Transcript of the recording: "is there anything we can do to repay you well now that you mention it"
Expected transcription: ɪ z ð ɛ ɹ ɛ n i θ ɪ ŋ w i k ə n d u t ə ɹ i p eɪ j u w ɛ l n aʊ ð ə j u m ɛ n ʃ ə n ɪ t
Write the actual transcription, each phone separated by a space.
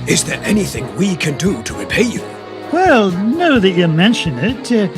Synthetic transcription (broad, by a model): ɪ z ð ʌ ɹ ɛ n i θ ɪ ŋ w i k ə n d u t ə ɹ i p eɪ j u w ɛ l n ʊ ð ə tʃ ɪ m ɛ n ʃ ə n ɪ t